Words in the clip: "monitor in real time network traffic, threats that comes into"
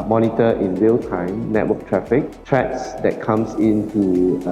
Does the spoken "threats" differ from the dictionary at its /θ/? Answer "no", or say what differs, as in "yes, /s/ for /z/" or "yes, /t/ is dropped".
yes, /t/ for /θ/